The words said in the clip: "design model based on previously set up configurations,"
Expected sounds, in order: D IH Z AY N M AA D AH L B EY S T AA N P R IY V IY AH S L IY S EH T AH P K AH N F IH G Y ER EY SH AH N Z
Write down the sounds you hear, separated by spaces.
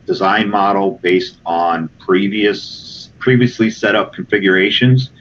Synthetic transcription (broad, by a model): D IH Z AY N M AA D L B EY S T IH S P R IY V IY AH S L IY S EH T AH P K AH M F IH G Y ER EY SH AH N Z